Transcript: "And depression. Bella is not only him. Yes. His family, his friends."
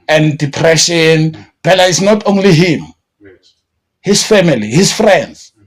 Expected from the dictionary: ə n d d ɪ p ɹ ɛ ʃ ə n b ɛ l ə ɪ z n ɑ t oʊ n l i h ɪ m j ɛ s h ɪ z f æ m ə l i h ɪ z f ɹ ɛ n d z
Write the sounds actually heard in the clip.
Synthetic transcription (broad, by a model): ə n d d ɪ p ɹ ɛ ʃ ə n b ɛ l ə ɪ s n ɑ t oʊ n l i h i m h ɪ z f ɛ m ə l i h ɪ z f ɹ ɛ n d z